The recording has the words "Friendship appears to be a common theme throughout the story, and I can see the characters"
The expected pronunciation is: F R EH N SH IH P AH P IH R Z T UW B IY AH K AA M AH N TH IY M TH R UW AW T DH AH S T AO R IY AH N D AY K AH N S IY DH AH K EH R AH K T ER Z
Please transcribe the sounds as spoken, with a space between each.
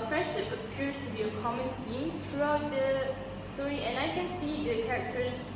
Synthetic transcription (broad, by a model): F R EH N SH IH P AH P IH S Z T UW B IY AH K AA M AH N T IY M T R UW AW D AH S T AO R IY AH N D AY K AH N S IY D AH K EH R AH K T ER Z